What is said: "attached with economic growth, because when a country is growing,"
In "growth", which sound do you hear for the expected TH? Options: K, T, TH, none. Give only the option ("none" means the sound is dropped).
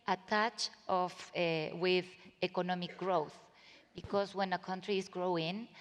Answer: TH